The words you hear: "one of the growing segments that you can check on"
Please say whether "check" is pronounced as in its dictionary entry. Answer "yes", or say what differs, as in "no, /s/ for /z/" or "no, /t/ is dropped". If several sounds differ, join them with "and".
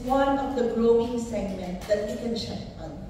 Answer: no, /ʃ/ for /tʃ/